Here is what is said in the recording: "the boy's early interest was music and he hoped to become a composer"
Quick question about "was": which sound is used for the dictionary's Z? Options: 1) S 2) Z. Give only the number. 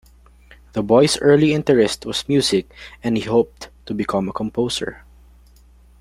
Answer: 1